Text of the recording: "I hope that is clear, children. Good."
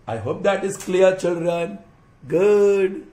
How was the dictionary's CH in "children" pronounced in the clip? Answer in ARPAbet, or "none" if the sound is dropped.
CH